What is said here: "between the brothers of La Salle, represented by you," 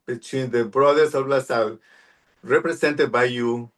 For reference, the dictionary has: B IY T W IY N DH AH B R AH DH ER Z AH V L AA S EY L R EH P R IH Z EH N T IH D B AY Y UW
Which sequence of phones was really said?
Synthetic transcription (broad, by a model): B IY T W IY N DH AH B R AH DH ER S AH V L AA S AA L R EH P R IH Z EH N T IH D B AY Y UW